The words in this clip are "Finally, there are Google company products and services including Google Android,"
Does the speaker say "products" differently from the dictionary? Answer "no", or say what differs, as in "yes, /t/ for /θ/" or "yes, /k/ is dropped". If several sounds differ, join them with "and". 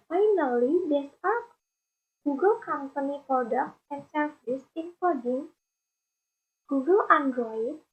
yes, /s/ is dropped